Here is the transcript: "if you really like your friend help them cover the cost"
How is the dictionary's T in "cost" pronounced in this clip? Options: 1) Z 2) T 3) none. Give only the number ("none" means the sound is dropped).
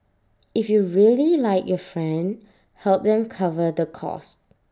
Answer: 2